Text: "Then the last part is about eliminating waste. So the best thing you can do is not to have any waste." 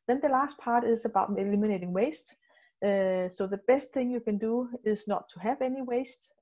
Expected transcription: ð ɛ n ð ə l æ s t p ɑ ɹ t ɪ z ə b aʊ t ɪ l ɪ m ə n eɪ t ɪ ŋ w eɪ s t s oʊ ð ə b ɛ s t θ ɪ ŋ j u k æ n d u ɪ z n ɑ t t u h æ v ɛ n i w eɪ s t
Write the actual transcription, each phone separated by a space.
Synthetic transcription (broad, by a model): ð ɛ n ð ə l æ s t p ɑ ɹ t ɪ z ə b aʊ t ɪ l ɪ m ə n eɪ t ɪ ŋ w eɪ s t s oʊ ð ə b ɛ s t θ ɪ ŋ j u k æ n d u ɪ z n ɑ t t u h æ v ɛ n i w eɪ s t